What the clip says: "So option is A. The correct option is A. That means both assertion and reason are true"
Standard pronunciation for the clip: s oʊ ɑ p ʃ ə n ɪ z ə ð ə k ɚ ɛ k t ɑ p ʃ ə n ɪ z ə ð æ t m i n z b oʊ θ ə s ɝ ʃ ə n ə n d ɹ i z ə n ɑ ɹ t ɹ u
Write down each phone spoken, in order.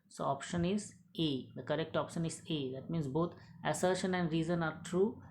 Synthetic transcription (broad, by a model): s oʊ ɑ p ʃ ə n ɪ z ə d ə k ɚ ɛ k t ɑ p ʃ ə n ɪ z ə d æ t m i n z b oʊ t ə s ɝ ʃ ə n ə n d ɹ i z ə n ɑ ɹ t ɹ u